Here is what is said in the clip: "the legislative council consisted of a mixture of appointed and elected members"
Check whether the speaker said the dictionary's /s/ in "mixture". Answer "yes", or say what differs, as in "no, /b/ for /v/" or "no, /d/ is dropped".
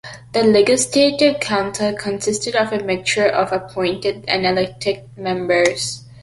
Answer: no, /s/ is dropped